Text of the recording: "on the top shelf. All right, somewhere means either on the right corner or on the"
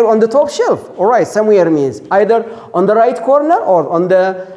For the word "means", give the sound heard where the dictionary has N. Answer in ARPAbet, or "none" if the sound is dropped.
N